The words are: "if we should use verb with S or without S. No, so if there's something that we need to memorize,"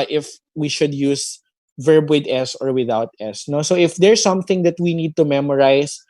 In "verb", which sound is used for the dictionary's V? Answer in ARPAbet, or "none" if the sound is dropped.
V